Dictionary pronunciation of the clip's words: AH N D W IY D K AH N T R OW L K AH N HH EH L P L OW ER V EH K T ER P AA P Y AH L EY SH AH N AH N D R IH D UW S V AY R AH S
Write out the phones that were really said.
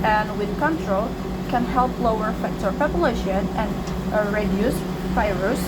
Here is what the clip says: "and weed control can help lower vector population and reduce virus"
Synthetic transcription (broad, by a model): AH N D W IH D K AH N T R OW L K AH N HH EH L P L OW ER F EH K T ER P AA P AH L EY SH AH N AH N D R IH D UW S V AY R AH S